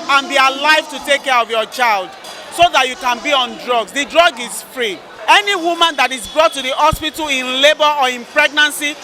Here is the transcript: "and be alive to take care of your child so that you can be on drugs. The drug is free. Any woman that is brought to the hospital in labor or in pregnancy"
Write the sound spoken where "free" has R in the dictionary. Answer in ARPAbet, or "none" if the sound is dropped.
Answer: R